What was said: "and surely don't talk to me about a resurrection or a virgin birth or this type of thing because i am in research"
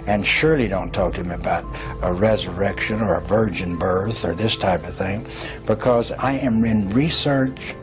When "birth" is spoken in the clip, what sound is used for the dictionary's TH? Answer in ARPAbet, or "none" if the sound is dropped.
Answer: TH